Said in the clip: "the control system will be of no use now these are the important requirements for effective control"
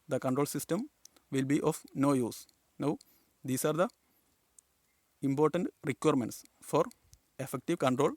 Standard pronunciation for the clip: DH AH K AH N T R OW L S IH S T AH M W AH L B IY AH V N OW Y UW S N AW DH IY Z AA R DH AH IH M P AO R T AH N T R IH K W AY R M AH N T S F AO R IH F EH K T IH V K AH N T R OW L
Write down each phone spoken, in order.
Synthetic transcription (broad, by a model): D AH K AH N T R OW L S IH S T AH M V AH L B IY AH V N OW Y UW S N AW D IY S AA R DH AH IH M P AO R T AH N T R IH K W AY R M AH N T S F AO R IH F EH K T IH V K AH N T R OW L